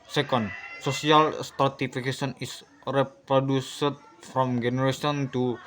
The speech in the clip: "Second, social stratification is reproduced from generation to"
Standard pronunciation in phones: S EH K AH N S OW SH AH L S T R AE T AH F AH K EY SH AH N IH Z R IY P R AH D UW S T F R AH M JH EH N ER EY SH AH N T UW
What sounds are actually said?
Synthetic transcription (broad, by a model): S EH K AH N S OW S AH L S T R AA T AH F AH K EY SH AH N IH S R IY P R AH D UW S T F R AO M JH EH N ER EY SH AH N T UW